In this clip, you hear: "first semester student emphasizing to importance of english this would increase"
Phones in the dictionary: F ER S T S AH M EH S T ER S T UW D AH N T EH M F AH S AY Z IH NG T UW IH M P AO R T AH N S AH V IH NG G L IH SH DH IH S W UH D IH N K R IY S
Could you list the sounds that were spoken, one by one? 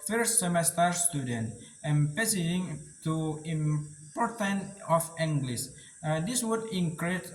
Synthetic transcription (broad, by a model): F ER S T S AH M EH S T ER S T UW D AH N T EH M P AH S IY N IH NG T UW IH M P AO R T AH N AH F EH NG G L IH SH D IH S W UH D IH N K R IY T